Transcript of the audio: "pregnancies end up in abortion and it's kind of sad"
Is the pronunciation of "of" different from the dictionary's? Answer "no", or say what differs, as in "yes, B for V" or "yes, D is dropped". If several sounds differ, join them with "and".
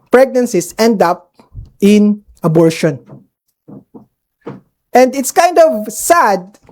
no